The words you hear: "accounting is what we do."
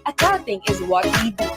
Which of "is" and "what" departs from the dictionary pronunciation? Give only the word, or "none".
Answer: none